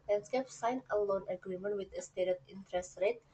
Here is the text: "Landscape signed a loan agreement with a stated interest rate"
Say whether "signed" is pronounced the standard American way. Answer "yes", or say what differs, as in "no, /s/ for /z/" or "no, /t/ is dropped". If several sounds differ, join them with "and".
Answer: no, /d/ is dropped